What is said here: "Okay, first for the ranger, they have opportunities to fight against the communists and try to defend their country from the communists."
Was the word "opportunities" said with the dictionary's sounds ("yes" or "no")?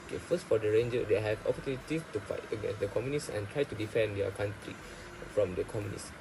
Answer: no